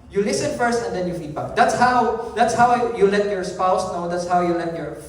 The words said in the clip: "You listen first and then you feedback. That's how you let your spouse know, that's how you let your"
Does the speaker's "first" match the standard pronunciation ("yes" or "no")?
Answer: yes